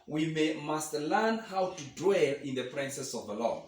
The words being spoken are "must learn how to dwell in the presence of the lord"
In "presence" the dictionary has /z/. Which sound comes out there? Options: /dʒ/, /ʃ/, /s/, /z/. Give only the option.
/s/